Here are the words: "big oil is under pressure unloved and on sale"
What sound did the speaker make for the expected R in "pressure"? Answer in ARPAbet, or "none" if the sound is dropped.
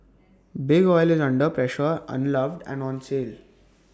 R